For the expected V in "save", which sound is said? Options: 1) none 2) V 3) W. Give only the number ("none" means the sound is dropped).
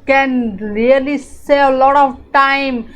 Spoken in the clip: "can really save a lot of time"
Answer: 1